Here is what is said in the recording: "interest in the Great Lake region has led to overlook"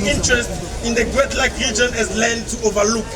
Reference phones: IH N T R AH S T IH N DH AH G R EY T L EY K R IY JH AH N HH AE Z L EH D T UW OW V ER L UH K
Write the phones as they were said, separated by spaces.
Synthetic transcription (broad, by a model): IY N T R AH S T IH N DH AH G W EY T L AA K R IY JH AH N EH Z L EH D T UW OW V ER L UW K